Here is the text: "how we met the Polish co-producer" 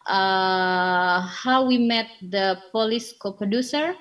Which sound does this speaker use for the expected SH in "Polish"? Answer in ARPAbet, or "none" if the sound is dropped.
S